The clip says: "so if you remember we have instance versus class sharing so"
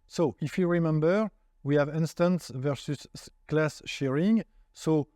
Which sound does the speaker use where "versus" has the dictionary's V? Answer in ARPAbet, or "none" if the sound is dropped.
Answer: V